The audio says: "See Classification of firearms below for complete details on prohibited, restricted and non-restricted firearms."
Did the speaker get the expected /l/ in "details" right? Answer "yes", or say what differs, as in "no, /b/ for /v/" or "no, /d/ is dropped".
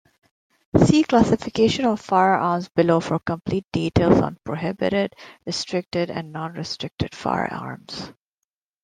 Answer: yes